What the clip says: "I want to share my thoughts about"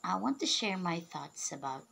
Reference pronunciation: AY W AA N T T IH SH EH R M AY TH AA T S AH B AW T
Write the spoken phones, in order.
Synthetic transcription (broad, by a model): AY W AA N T T IH SH EH R M AY TH AA T S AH B AW T